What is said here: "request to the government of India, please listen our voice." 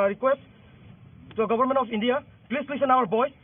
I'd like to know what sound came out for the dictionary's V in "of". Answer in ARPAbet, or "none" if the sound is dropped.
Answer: P